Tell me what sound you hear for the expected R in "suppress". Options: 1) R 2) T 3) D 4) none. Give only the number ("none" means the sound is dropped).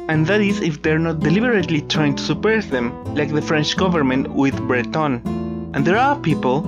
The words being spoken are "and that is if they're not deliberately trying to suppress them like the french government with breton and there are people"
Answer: 4